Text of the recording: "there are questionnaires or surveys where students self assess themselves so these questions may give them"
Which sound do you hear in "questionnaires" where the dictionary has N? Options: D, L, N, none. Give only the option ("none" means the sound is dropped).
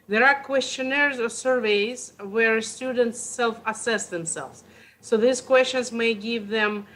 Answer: N